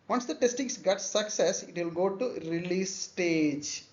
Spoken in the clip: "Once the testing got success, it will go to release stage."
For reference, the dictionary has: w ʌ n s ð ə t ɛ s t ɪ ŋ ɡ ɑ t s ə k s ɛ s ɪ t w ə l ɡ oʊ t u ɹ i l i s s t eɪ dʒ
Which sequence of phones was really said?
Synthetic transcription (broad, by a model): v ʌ n s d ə t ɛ s t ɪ ŋ ɡ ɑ t s ə k s ɛ s ɪ t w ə l ɡ oʊ t u ɹ i l i s s t eɪ dʒ